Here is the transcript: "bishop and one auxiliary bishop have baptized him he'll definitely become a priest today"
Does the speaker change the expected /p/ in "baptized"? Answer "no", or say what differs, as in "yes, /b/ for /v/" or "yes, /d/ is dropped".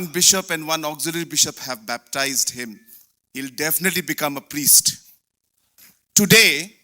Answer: no